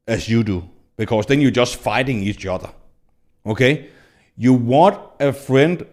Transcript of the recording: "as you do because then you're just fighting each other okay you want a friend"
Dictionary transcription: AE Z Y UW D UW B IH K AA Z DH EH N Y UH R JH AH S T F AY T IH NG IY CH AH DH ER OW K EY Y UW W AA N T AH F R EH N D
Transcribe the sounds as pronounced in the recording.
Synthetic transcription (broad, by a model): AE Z Y UW D UW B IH K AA S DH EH N Y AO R JH AH S T F AY T IH NG IY CH AH DH ER OW K EY Y UW W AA N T AH F R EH N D